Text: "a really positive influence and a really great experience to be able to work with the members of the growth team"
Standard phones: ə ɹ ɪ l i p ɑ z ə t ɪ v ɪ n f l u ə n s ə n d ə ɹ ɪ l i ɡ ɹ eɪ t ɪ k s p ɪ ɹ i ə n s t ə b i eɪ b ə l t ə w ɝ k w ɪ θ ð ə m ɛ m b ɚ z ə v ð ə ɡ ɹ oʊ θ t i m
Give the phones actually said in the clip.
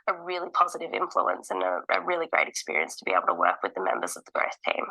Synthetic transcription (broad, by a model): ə ɹ ɪ l i p ɑ z ə t ɪ v ɪ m f l u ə n s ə n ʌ ə ɹ ɪ l i ɡ ɹ eɪ t ɪ k s p ɪ ɹ i ə n s t ə b i eɪ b l t ə w ɝ k w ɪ ð ə m ɛ m b ɚ z ə v ð ə ɡ ɹ oʊ θ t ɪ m